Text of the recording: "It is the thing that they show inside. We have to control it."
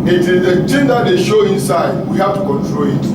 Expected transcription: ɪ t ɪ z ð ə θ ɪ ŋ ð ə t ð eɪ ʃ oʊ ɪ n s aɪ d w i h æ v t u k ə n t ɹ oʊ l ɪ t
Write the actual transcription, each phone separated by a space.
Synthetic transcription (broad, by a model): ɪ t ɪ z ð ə t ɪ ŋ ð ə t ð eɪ ʃ oʊ ɪ n s aɪ d w i h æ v t u k ə n t ɹ oʊ l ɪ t